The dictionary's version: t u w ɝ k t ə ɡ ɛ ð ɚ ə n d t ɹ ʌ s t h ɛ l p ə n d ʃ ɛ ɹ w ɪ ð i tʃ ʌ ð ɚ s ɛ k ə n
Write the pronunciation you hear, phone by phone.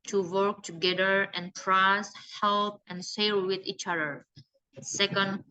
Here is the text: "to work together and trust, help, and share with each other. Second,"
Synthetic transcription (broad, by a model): t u w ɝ k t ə ɡ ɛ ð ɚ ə n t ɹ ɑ s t h ɛ l p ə n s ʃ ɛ l w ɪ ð i tʃ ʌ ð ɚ s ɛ k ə n